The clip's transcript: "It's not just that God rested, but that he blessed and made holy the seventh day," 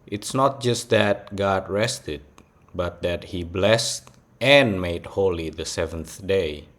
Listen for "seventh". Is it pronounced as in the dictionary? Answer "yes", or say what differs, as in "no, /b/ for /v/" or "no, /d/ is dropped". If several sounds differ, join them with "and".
yes